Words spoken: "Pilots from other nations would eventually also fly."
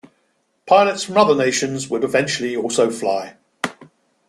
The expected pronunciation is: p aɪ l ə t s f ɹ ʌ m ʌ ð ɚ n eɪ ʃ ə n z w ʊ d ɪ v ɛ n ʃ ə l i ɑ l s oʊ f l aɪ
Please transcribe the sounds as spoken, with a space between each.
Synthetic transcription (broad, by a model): p aɪ l ə t s f ɹ ʌ m ʌ ð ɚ n eɪ ʃ ə n z w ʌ d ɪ v ɛ n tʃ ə l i ɑ l s oʊ f l aɪ